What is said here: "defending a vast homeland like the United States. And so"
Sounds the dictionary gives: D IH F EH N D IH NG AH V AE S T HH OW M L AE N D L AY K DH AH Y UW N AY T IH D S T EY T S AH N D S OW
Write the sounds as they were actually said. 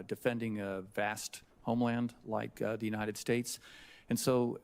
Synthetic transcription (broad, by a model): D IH F EH N D IH NG AH V AE S T HH OW M L AE N D L AY K DH AH Y UW N AY T IH D S T EY T S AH N S OW